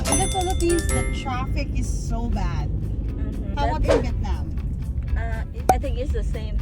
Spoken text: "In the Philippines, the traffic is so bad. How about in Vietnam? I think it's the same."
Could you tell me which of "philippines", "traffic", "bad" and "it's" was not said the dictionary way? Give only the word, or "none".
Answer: philippines